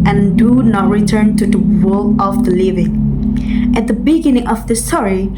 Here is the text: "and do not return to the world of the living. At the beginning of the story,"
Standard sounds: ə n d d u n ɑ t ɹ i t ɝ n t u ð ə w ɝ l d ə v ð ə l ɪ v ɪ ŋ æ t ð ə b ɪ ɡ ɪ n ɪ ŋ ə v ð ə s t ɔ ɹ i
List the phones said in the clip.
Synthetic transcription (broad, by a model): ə n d d u n ɑ t ɹ i t ɝ n t u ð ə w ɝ l ə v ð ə l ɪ v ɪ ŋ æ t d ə b ɪ ɡ ɪ n ɪ ŋ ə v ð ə s t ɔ ɹ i